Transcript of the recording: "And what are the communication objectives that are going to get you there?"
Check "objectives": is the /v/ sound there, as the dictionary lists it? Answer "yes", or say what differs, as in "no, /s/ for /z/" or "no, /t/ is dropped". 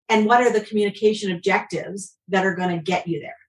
yes